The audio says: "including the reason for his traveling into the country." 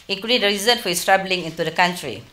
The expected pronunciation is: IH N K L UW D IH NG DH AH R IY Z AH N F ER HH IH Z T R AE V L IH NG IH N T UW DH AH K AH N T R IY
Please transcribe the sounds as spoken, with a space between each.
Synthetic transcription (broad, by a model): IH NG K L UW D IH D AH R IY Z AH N F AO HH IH S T R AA B L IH NG IH N T UW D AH K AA N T R IY